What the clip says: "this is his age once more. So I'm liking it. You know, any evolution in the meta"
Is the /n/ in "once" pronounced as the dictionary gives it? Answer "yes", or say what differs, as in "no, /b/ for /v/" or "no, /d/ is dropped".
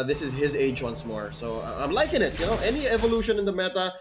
yes